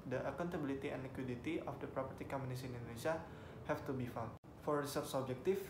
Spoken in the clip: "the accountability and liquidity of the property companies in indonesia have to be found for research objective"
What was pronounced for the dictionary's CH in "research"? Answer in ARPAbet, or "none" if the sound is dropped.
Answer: S